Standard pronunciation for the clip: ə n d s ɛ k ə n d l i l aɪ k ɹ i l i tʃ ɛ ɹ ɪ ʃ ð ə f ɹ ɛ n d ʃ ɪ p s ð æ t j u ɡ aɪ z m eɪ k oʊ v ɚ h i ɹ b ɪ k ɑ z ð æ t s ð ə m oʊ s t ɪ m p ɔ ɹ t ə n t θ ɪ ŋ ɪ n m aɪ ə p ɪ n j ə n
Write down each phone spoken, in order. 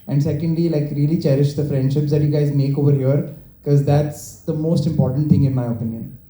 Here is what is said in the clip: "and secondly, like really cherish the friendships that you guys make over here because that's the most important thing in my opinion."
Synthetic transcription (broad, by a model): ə n d s ɛ k ə n d l i l aɪ k ɹ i l i tʃ ɛ ɹ ɪ ʃ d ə f ɹ ɛ n d ʃ ɪ p s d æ t j u ɡ aɪ z m eɪ k oʊ v ɚ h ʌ ɹ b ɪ k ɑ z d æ t s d ə m oʊ s t ɪ m p ɔ ɹ t ə n t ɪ ŋ ɪ n m aɪ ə p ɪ n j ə n